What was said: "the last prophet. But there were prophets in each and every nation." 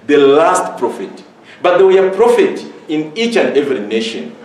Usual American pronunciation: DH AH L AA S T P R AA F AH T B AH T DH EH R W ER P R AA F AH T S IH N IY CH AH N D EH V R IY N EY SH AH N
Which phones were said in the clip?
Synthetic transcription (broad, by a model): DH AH L AA S T P R AA F AH T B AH T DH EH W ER P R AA F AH T IH N IY CH AH N D EH V R IY N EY SH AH N